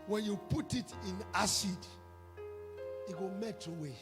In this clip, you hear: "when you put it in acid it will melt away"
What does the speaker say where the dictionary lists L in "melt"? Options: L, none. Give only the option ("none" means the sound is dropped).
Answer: none